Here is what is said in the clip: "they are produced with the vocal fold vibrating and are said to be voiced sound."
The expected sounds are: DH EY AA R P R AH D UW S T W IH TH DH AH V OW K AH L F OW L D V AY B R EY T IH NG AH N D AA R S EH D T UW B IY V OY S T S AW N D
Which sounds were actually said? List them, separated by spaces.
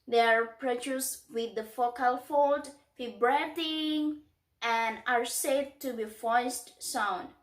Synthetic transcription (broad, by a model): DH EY AA R P R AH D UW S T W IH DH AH F OW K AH L F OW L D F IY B R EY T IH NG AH N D AA R S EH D T UW B IY F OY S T S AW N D